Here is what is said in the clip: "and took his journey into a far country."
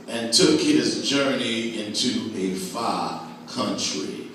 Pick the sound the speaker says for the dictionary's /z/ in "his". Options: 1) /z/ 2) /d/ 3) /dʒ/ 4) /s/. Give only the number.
1